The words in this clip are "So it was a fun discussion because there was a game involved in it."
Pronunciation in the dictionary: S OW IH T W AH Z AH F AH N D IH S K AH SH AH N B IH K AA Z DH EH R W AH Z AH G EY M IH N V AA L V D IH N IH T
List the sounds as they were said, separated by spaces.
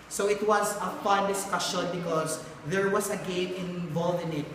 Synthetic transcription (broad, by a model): S OW IH T W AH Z AH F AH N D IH S K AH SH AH N B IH K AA S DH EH R W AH S AH G EY M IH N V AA L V IH N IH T